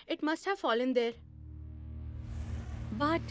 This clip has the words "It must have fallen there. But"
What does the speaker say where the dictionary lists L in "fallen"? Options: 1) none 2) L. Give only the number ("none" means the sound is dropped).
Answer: 2